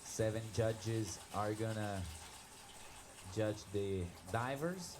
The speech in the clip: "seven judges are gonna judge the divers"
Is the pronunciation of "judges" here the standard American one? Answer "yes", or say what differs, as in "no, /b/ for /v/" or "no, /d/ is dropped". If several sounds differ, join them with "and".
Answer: yes